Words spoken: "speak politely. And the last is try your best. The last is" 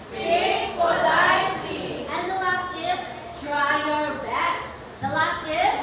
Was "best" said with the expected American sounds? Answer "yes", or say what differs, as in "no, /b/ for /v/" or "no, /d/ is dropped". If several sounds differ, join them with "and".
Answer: no, /s/ is dropped